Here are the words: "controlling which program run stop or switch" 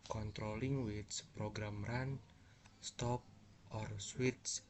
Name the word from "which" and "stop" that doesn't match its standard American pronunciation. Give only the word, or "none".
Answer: which